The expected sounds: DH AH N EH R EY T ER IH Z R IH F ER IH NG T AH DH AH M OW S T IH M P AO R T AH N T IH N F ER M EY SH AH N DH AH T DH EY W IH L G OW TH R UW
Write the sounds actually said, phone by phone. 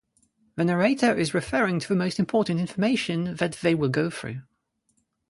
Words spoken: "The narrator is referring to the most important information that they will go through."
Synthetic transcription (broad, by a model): DH AH N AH R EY T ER IH Z R IH F ER IH NG T AH DH AH M OW S T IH M P AO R T N T IH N F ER M EY SH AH N DH AH T DH EY W IH L G OW TH R UW